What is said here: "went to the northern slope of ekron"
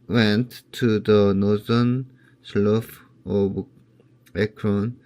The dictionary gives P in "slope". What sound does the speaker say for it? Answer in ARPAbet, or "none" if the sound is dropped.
F